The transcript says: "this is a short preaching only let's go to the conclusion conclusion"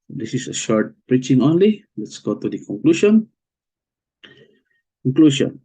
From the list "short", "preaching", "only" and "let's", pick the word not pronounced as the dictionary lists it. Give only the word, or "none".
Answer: none